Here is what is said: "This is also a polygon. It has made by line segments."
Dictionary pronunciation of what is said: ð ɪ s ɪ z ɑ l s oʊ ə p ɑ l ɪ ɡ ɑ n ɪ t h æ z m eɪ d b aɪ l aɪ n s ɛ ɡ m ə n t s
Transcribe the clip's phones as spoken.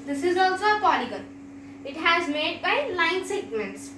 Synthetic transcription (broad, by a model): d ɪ s ɪ z ɑ l s oʊ ə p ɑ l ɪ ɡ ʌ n ɪ t h æ z m eɪ d b aɪ l aɪ n s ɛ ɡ m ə n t s